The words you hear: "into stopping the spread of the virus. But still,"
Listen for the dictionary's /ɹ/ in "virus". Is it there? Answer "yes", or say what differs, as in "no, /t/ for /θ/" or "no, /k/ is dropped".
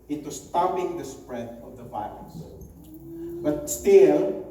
no, /l/ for /ɹ/